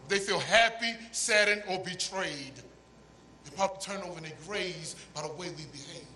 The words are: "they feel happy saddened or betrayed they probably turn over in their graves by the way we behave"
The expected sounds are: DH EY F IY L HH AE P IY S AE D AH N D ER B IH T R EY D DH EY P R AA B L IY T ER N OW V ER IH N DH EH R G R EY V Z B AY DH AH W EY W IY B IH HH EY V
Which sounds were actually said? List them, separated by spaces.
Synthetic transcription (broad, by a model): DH EY F IY L HH AE P IY S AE D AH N ER B IH T R EY D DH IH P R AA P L T ER N OW V ER IH N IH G R EY Z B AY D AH W EY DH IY B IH HH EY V